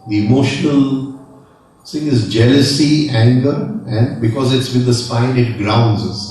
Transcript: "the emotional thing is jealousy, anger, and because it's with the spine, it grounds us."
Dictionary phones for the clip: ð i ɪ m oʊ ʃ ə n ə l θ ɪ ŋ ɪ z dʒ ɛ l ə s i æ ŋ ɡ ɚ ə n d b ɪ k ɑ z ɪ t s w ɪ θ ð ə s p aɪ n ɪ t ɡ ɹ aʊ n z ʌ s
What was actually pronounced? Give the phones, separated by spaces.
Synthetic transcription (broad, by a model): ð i ɪ m oʊ ʃ ə n ə l s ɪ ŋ ɪ z dʒ ɛ l ə s i æ ŋ ɡ ɚ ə n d b ɪ k ɑ z ɪ t s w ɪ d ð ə s p aɪ n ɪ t ɡ ɹ aʊ n z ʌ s